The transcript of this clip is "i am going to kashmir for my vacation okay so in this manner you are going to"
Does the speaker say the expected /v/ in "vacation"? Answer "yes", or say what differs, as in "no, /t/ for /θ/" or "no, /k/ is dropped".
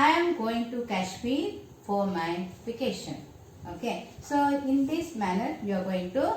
no, /f/ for /v/